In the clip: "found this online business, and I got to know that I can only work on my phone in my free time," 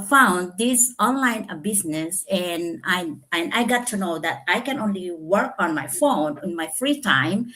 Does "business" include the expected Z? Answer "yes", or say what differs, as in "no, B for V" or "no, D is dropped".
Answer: no, S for Z